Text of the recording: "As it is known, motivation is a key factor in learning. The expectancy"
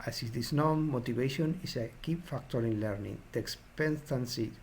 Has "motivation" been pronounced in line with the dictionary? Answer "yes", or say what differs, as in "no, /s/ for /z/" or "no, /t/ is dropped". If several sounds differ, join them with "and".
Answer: no, /b/ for /v/